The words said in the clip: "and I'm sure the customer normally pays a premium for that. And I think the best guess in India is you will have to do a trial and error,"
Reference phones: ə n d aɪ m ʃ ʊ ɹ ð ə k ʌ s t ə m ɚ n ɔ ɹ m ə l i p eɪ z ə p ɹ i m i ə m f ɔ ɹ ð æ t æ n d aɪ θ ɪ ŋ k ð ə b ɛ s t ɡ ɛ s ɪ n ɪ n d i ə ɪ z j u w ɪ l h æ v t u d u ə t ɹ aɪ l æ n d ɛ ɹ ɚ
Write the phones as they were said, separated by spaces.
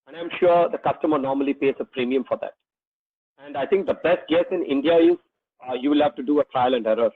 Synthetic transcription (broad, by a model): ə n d aɪ m ʃ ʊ ɹ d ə k ʌ s t ə m ɚ n ɔ ɹ m ə l i p eɪ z ə p ɹ i m i ə m f ɔ ɹ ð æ t æ n d aɪ t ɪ ŋ k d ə b ɛ s t ɡ ɛ s ɪ n ɪ n d i ə ɪ z j u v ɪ l h æ v t u d u ə t ɹ aɪ l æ n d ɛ ɹ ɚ